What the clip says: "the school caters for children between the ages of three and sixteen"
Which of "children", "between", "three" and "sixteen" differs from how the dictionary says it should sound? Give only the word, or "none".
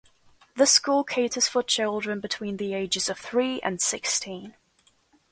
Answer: none